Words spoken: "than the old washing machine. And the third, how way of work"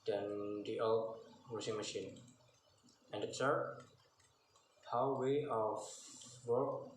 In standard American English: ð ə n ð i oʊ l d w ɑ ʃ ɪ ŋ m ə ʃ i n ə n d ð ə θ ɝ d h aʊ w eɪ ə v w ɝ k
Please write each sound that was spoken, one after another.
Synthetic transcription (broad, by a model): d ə n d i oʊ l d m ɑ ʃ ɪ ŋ m ə ʃ i n ə n d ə s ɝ h aʊ w eɪ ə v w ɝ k